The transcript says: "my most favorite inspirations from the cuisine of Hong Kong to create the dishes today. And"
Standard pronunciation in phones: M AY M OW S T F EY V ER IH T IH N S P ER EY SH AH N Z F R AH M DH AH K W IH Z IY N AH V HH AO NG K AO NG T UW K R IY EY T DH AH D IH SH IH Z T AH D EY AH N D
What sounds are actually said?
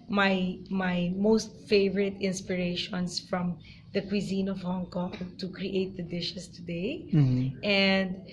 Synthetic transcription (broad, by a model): M AY M OW S T F EY V ER IH T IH N S P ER EY SH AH N S F R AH M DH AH K W IH Z IY N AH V HH AO NG K AO NG T UW K R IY EY T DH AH D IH SH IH S T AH D EY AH N D